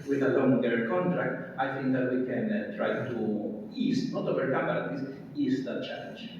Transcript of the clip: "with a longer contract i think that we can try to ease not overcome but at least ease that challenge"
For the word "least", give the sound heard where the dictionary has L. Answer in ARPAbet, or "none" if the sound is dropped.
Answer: W